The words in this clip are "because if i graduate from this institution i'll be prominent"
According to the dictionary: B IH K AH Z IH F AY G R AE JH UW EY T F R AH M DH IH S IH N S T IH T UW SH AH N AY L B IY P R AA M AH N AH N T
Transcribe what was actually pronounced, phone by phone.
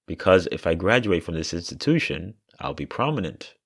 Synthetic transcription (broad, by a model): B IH K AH Z IH F AY G R AE JH UW EY T F R AH M DH IH S IH N S T IH T UW SH AH N AY L B IY P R AA M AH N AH N T